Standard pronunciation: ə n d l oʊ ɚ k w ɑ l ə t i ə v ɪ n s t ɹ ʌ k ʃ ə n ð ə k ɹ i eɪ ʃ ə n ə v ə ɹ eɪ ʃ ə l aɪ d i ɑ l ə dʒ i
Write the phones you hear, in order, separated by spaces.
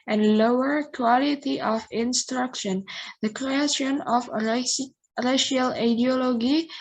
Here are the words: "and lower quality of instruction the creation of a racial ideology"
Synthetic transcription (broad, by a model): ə n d l oʊ ɚ k w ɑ l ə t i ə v ɪ n s t ɹ ʌ k ʃ ə n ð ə k ɹ i eɪ ʃ ə n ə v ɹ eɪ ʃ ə l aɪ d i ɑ l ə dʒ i